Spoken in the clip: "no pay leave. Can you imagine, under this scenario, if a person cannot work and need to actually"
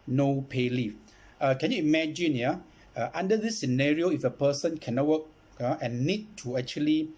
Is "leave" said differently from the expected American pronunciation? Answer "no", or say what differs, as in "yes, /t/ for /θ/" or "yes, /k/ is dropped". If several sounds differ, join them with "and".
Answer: yes, /f/ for /v/